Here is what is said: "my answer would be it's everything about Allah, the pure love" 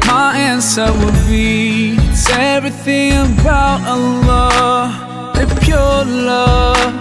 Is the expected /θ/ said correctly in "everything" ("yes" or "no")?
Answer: yes